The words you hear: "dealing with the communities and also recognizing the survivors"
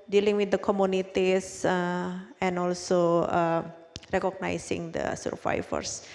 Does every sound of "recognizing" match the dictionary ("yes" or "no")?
no